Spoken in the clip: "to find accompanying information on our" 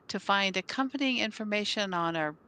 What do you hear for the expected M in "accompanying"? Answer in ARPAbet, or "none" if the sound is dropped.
M